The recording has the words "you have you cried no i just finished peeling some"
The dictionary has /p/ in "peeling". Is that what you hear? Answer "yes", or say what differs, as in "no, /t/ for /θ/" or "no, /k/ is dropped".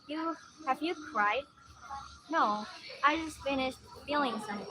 no, /f/ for /p/